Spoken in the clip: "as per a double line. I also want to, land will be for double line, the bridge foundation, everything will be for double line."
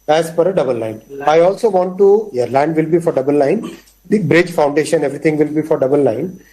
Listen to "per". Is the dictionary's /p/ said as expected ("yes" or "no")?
no